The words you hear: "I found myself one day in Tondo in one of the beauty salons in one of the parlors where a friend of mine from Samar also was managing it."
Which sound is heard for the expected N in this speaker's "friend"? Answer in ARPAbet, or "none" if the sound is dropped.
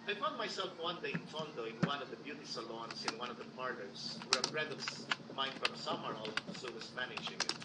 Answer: none